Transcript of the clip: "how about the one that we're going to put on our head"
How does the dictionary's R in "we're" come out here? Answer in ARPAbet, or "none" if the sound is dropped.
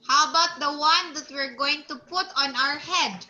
R